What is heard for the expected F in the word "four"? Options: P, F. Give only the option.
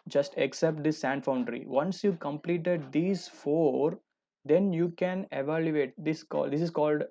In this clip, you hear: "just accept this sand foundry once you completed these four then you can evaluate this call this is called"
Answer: F